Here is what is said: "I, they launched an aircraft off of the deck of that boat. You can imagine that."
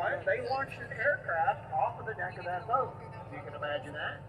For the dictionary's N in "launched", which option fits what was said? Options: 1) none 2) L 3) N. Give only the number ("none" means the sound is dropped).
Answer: 1